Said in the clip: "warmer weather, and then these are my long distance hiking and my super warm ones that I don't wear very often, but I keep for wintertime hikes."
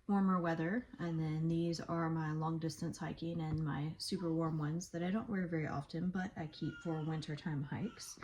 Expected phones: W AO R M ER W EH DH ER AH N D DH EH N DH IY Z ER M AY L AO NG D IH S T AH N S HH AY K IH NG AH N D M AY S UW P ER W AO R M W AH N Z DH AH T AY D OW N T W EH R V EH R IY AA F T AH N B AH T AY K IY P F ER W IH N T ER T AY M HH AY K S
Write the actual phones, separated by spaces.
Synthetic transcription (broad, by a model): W AO R M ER W EH DH ER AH N DH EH N DH IY Z ER M AY L AO NG D IH S T AH N S HH AY K IH NG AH N M AY S UW P ER W AO R M W AH N Z DH AH T AY D OW N T W EH R V EH R IY AA F T AH N B AH T AY K IY P F ER W IH N T ER T AY M HH AY K S